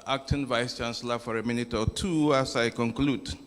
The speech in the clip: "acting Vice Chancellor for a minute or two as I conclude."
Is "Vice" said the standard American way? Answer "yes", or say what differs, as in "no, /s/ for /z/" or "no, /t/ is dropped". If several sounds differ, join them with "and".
yes